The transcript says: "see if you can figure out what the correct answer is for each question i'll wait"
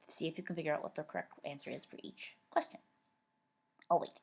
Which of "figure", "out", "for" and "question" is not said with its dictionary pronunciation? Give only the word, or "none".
none